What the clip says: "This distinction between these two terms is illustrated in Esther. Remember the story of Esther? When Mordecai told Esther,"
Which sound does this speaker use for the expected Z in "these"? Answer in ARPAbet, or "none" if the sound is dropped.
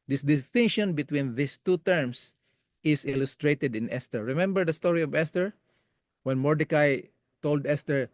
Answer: S